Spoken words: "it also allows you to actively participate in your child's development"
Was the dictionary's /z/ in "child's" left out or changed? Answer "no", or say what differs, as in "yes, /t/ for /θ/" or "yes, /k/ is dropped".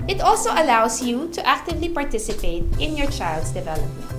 yes, /s/ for /z/